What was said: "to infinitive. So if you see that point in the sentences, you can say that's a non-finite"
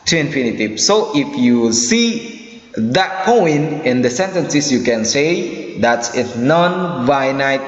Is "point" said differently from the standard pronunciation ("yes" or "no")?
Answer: yes